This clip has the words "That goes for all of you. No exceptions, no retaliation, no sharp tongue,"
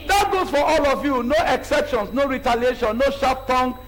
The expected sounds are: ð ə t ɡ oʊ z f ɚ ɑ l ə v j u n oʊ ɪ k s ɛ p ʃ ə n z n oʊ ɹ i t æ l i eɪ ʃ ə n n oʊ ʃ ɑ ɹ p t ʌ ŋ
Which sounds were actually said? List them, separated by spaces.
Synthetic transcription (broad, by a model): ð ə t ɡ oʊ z f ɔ ɑ l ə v j u n oʊ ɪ k s ɛ p ʃ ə n s n oʊ ɹ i t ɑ l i eɪ ʃ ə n n oʊ ʃ ɑ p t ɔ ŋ